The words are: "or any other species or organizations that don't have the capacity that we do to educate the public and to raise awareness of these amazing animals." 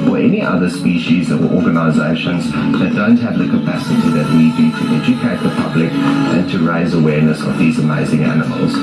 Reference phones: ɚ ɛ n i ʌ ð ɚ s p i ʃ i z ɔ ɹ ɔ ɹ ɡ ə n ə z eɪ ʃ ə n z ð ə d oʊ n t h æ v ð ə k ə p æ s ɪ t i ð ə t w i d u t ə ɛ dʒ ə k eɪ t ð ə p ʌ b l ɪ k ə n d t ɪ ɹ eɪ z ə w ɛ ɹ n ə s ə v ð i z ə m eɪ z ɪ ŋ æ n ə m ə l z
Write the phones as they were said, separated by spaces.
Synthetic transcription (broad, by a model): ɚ ɛ n i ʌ ð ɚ s p i ʃ i z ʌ w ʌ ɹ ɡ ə n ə z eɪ ʃ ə n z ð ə d oʊ n t h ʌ v ð ə k ə p æ s ɪ t i ð ə t w i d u t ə ɛ dʒ ə k eɪ t ð ə p ʌ b l ɪ k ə n t ɪ ɹ eɪ z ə w ɛ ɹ n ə s ə v ð i z ə m eɪ z ɪ ŋ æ n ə m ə l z